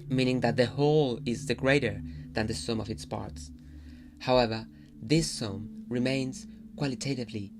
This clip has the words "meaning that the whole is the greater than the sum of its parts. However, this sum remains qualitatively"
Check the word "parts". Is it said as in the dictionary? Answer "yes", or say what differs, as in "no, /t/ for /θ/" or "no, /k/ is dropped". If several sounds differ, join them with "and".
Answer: yes